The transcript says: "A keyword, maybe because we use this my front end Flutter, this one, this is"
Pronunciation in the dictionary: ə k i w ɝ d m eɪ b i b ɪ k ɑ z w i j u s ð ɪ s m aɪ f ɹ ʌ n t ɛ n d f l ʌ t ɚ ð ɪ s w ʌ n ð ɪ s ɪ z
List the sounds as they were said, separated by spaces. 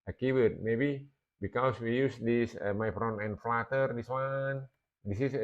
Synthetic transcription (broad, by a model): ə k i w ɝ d m eɪ b i b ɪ k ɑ s w i j u s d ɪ s m aɪ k ɹ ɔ n ɛ n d f l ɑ t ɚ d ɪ s w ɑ n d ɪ s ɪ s